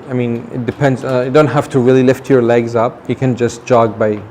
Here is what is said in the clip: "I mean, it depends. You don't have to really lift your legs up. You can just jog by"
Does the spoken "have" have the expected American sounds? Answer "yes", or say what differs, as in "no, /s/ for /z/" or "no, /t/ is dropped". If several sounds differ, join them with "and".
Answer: no, /f/ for /v/